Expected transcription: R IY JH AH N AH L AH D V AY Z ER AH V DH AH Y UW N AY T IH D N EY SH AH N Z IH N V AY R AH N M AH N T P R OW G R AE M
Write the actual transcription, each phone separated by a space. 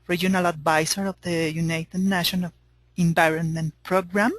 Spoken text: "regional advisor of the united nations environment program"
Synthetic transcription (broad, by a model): R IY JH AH N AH L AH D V AY S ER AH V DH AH Y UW N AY T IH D N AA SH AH N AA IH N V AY R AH N M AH N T P R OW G R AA M